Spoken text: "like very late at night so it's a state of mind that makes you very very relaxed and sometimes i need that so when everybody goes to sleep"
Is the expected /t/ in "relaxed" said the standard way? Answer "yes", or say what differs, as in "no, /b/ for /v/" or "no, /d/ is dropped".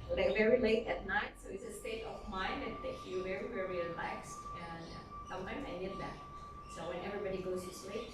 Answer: yes